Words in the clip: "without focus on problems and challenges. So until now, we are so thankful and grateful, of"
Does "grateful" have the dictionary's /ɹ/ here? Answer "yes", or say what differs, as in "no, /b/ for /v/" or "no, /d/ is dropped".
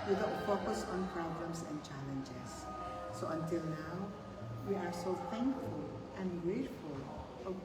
yes